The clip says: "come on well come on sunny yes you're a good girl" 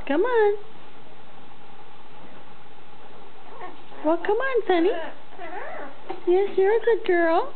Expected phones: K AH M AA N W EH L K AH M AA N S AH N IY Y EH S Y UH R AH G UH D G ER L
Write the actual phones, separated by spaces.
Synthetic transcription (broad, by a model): K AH M AA N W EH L K AH M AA N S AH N IY Y EH S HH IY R AH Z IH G ER L